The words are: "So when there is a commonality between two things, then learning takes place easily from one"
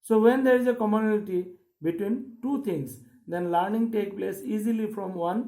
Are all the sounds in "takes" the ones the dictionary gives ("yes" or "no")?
no